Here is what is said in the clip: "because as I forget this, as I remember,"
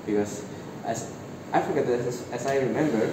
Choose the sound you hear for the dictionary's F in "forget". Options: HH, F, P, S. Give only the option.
F